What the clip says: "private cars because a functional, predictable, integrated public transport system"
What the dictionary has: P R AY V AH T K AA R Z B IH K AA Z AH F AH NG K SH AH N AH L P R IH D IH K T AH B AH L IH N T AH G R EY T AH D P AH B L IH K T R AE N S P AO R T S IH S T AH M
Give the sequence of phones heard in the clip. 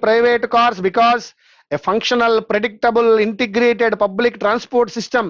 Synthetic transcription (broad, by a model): P R AY V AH T K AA R S B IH K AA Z AH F AH NG K SH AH N AH L P R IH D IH K T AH B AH L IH N T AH G R EY T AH D P AH B L IH K T R AE N S P AO R T S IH S T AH M